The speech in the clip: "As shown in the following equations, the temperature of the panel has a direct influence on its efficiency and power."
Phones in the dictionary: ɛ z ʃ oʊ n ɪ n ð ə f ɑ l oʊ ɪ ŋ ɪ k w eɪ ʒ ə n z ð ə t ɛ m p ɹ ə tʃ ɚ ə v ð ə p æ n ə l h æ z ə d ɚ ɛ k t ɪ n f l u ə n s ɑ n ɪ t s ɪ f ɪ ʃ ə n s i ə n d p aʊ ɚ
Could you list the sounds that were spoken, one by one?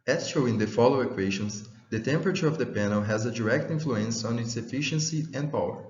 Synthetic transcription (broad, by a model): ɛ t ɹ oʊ ɪ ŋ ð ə f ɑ l oʊ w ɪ k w eɪ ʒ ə n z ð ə t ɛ m p ɹ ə tʃ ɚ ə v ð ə p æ n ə l h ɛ z ə d ɚ ɛ k t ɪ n f l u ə n s ɑ n ɪ t s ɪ f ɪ ʃ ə n s i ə n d p aʊ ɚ